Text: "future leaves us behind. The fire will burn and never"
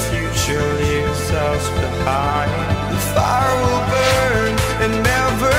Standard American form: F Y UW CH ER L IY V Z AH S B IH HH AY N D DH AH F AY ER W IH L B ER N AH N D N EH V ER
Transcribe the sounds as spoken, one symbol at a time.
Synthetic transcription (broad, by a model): F Y UW CH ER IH Z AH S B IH HH AY N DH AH F AY ER W IH L B ER N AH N N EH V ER